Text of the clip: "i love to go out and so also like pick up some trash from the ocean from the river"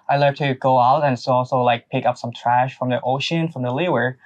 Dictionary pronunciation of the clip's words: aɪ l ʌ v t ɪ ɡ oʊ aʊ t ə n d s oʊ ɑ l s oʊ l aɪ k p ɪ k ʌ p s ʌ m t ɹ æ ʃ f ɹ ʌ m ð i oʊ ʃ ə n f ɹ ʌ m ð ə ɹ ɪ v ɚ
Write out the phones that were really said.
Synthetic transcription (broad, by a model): aɪ l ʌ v t ɪ ɡ oʊ aʊ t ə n s oʊ ɑ l s oʊ l aɪ k p ɪ k ʌ p s ʌ m t ɹ æ ʃ f ɹ ʌ m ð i oʊ ʃ ə n f ɹ ʌ m ð ə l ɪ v ɚ